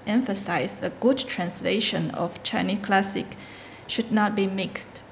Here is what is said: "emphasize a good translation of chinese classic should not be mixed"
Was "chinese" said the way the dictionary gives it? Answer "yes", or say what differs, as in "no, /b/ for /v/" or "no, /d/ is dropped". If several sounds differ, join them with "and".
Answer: no, /z/ is dropped